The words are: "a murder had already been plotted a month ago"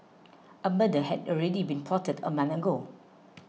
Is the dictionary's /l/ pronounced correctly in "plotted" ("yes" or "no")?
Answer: no